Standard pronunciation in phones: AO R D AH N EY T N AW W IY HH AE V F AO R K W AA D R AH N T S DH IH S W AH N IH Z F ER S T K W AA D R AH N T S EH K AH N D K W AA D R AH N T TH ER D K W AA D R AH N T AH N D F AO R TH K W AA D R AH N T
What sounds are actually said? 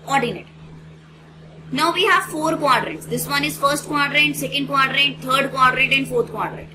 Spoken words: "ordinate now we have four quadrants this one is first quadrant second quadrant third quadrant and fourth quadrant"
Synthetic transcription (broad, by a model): AO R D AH N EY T N AW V IY HH AE V F AO R K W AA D R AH T S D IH S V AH N IH Z F ER S T K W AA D R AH T S EH K AH N D K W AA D R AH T T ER D K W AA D R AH T AH N D F AO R T K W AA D R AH T